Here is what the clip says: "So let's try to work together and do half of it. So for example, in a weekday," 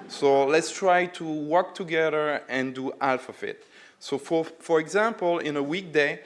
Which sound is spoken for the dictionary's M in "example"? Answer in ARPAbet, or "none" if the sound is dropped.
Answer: M